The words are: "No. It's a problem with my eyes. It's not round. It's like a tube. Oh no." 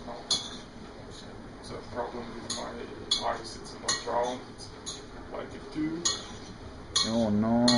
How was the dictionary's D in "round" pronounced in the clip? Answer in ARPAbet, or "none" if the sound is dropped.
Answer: none